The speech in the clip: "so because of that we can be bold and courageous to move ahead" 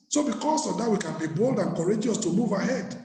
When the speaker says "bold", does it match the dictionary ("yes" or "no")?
yes